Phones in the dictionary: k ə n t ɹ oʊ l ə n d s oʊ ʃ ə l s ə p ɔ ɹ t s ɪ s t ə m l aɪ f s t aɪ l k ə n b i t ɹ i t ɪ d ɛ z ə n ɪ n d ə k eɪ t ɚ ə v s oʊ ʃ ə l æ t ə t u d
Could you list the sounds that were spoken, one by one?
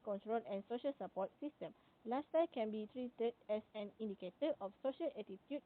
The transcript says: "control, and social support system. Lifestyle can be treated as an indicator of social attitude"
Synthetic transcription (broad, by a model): k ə n t ɹ oʊ l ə n s oʊ ʃ ə l s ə p ɔ t s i s t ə m l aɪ s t aɪ k ə n b i t ɹ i t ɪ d ɛ s ə n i n d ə k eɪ t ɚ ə f s oʊ ʃ ə l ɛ t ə t u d